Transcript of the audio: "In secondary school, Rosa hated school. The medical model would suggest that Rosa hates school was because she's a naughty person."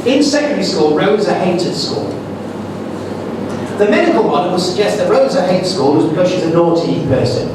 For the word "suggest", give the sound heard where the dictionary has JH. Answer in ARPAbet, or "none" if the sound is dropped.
JH